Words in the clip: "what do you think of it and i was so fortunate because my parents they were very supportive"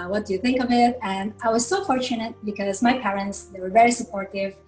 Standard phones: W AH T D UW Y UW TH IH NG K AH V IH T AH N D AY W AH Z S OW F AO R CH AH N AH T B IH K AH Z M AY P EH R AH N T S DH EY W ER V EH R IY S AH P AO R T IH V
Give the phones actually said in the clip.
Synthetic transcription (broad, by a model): W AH T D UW Y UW TH IH NG K AH V IH T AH N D AY W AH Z S OW F AO R CH AH N AH T B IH K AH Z M AY P EH R AH N T S DH EY W ER V EH R IY S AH P AO R T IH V